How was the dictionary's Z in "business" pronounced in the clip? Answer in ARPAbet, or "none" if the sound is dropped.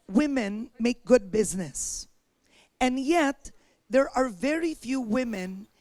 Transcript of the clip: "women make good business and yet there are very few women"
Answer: Z